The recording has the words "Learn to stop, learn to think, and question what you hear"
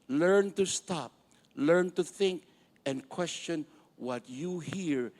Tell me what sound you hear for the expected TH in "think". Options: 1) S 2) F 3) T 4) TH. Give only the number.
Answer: 4